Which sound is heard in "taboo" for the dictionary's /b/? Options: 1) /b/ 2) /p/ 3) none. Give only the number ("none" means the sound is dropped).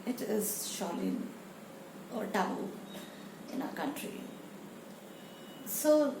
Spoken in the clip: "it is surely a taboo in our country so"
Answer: 3